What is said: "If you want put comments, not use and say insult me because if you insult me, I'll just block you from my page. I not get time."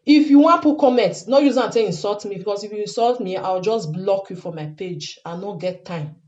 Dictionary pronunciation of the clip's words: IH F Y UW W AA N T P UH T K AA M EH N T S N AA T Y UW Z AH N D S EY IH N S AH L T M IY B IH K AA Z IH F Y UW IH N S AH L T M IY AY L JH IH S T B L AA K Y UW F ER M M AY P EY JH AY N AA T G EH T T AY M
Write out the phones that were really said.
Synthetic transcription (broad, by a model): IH F Y UW W AA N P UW K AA M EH N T N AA Y UW Z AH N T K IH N S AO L T M IY B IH K AA S IH F Y UW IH N S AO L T M IY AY W JH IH S B L AA K Y UW F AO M M AY P EY JH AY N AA G EH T T AY M